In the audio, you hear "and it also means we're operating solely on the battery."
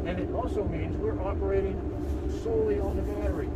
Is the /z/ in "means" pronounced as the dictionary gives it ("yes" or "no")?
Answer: yes